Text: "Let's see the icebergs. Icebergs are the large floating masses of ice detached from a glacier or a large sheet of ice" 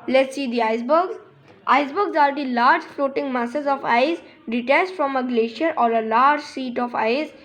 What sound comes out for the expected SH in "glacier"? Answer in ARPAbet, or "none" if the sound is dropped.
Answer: SH